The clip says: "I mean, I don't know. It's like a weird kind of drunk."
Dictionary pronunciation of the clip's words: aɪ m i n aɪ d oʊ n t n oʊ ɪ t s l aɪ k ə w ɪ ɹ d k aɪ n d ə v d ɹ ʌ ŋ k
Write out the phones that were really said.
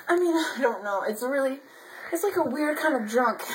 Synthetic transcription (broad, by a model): aɪ m i n aɪ d oʊ n t l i ɪ t s l aɪ k ə w ɪ ɹ d k aɪ n d ə v d ɹ ʌ ŋ k